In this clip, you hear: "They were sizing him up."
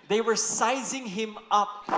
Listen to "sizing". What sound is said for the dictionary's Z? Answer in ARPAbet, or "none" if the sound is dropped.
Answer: Z